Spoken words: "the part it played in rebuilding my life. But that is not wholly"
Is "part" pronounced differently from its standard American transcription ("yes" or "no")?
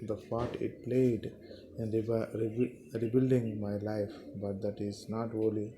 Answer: yes